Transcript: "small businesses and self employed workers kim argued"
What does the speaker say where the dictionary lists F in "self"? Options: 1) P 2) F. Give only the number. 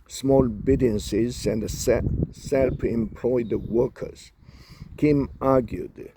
1